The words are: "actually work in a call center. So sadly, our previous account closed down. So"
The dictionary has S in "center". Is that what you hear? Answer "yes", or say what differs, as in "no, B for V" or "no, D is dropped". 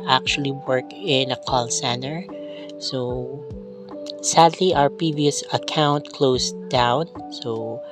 yes